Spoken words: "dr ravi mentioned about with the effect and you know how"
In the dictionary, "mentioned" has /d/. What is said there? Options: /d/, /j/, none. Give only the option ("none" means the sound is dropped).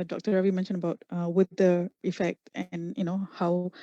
none